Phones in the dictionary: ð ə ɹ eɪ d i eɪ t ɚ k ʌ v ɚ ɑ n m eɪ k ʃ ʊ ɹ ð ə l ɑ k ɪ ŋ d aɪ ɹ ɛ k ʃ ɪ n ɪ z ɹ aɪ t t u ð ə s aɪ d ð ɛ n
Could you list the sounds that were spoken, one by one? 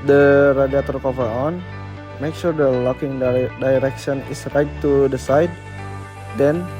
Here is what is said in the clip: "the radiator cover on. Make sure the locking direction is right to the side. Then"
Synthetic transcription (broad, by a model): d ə ɹ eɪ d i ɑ t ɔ k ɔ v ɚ ɑ n m eɪ k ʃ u ɹ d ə l ɑ k ɪ ŋ d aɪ ɹ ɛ k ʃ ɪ n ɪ s ɹ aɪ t t u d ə s aɪ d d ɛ n